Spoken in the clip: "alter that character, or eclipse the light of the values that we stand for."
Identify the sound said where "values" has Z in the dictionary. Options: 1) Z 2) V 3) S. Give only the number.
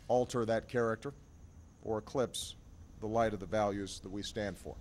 1